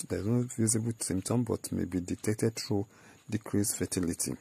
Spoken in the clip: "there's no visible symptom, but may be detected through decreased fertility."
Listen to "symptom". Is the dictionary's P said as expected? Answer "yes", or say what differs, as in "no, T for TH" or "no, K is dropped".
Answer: no, P is dropped